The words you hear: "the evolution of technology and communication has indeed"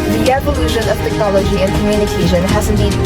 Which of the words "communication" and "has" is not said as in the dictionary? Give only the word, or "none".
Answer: none